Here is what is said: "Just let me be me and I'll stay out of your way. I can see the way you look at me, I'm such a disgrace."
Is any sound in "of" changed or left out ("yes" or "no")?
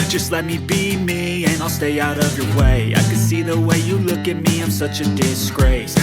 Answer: no